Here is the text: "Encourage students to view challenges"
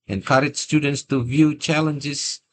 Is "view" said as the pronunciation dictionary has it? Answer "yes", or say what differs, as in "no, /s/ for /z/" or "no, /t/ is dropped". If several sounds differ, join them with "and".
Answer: yes